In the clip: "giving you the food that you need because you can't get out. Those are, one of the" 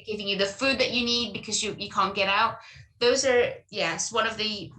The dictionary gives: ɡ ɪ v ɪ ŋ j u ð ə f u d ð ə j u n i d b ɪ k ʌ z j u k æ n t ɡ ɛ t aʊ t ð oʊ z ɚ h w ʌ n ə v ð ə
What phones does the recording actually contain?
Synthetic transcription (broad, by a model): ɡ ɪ v ɪ ŋ j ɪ ð ə f u d ð ə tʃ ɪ n i d b ɪ k ʌ z j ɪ k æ n ɡ ɛ t aʊ t ð oʊ z ɚ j w ʌ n ə v ð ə